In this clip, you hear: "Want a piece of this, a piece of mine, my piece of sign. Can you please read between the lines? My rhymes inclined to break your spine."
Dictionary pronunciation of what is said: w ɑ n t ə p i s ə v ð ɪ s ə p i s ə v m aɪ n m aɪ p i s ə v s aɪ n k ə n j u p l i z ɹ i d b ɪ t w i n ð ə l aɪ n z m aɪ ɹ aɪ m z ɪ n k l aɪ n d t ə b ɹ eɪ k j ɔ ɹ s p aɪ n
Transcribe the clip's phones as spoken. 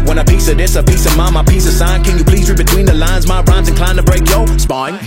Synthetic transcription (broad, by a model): w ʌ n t ə p i s ə v ð ɪ s ə p i s ə v m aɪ m aɪ p i s ə v s aɪ n k ə n j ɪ p l i z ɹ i b ɪ t w i n ð ə l aɪ n z m aɪ ɹ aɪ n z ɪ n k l aɪ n t ə b ɹ eɪ k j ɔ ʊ s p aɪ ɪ